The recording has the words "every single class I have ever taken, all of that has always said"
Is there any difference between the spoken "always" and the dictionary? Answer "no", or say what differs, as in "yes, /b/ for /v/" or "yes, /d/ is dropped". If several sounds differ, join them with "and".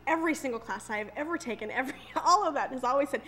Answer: no